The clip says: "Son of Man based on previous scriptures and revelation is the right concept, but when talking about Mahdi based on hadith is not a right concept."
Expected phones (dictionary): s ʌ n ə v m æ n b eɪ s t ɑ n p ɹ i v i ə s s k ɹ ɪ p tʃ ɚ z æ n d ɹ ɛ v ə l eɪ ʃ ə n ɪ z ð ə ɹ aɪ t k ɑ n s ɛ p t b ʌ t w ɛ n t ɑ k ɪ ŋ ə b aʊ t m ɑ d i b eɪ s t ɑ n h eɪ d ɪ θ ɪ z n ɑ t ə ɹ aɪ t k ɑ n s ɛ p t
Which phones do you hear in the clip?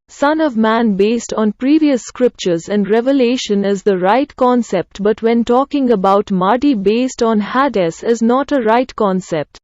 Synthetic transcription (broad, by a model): s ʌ n ə v m æ n b eɪ s t ɑ n p ɹ i v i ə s s k ɹ ɪ p tʃ ɚ z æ n d ɹ ɛ v ə l eɪ ʃ ə n ɪ z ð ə ɹ aɪ t k ɑ n s ɛ p t b ʌ t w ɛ n t ɑ k ɪ ŋ ə b aʊ t m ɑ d i b eɪ s t ɑ n h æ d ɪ s ɪ z n ɑ t ə ɹ aɪ t k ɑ n s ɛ p t